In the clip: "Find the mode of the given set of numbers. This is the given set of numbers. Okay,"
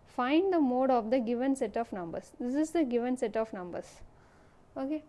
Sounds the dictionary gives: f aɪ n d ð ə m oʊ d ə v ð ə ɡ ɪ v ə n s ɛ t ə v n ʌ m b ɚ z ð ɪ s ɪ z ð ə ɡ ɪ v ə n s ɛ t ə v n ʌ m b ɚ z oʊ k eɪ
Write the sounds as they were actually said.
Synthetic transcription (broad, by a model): f aɪ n d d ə m oʊ d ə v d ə ɡ ɪ v ə n s ɛ t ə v n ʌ m b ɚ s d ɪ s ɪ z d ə ɡ ɪ v ə n s ɛ t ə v n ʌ m b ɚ s oʊ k eɪ